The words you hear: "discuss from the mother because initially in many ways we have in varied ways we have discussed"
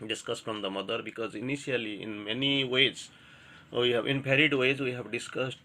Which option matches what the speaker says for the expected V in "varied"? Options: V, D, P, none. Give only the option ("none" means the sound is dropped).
P